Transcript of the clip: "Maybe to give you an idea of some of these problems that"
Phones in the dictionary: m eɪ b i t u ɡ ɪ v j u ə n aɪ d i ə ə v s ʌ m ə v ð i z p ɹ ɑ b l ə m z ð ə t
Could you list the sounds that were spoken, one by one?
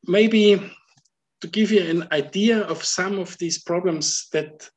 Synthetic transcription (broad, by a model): m eɪ b i t u ɡ ɪ v j u ə n aɪ d i ə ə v s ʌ m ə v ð i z p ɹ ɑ b l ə m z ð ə t